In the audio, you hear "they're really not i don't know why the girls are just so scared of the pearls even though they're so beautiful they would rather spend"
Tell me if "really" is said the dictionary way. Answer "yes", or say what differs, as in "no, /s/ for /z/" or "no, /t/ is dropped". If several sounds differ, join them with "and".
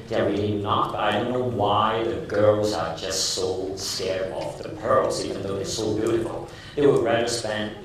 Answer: no, /n/ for /l/